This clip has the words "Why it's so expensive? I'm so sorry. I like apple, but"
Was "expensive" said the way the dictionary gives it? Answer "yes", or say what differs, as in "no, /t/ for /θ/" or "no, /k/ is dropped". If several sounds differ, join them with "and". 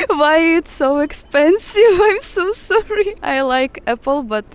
yes